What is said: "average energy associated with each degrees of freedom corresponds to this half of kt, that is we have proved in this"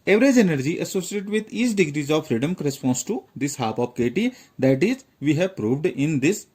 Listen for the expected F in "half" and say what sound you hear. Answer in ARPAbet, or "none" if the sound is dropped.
P